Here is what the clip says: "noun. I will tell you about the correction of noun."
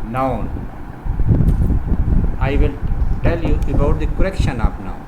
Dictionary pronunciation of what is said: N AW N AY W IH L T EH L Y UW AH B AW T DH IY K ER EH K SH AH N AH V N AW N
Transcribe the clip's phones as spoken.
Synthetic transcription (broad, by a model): N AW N AY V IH L T EH L Y UW AH B AW T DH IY K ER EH K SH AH N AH P N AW